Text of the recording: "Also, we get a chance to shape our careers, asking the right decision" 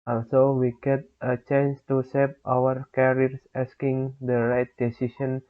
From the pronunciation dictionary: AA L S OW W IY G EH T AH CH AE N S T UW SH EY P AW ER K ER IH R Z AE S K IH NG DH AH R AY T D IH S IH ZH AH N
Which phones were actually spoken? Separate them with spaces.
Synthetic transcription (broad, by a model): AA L S OW W IY G EH T AH CH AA N S T UW S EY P AW ER K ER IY R S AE S K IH NG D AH R AY T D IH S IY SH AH N